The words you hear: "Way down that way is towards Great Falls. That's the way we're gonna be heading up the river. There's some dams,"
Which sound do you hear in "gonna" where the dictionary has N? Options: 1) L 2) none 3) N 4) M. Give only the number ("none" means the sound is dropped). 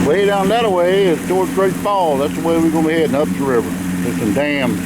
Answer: 2